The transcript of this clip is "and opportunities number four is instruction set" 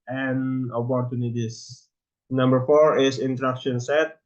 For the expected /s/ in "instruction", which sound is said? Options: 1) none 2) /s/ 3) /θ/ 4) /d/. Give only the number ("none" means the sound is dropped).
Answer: 1